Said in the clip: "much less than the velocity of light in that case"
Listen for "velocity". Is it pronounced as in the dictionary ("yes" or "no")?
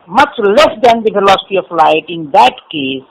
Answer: no